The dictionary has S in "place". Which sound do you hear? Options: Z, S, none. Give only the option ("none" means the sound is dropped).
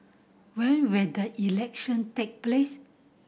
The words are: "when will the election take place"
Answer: S